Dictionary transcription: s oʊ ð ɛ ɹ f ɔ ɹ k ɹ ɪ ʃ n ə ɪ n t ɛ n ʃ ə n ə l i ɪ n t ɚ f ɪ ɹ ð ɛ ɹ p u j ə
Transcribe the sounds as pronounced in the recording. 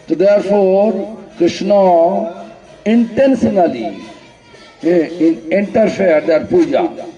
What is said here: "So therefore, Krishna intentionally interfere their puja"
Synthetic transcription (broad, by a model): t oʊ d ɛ ɹ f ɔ ɹ k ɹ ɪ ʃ n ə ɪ n t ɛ n s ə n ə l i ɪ n t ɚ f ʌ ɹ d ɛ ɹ p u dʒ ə